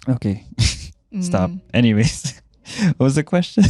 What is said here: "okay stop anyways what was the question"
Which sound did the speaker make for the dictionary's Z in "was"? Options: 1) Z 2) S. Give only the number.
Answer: 1